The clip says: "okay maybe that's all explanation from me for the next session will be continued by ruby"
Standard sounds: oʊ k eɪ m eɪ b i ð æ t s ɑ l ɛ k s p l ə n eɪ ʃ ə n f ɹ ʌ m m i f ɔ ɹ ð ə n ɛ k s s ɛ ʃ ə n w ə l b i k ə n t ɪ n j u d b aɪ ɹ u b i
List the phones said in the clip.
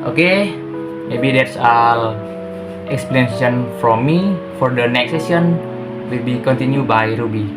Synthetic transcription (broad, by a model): oʊ k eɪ m eɪ b i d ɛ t s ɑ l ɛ k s p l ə n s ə n f ɹ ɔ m m i f ɔ ɹ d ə n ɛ k s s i ə n w ə l b i k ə n t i n j u b aɪ ɹ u b i